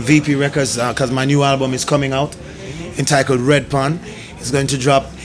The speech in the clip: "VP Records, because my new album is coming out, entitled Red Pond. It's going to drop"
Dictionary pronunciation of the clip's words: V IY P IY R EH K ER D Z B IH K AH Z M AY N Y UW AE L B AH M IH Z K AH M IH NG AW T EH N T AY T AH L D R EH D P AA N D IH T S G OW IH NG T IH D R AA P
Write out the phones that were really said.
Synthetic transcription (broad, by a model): V IY P IY R EH K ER D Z K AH Z M AY N Y UW AE L B AH M IH Z K AH M IH NG AW T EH N T AY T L D R EH D P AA N IH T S G OW IH NG T IH D R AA P